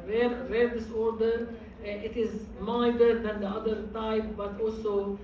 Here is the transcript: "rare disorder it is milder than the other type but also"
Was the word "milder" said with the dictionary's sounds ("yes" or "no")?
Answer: no